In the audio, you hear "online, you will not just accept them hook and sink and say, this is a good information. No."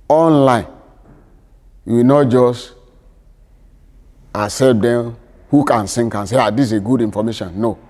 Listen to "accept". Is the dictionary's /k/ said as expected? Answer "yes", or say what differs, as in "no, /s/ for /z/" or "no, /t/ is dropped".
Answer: no, /k/ is dropped